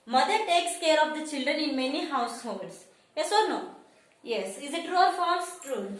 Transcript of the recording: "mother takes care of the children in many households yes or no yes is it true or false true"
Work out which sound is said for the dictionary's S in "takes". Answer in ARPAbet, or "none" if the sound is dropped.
S